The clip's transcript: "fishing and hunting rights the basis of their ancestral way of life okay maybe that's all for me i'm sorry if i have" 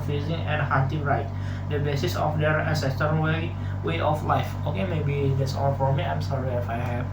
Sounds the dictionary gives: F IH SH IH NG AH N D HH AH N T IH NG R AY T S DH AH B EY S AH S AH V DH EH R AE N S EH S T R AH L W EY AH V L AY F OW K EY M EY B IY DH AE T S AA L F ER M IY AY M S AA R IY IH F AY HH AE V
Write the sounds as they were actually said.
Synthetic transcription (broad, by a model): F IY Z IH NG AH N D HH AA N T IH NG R AY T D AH B EY S AH S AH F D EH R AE N S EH S T AH W W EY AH F L AY F OW K EY M EY B IY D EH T S AA L F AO M IY AY M S AA R IY IH F AY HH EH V